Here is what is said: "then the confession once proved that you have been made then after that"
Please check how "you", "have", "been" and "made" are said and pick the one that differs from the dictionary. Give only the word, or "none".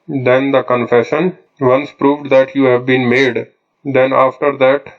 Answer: none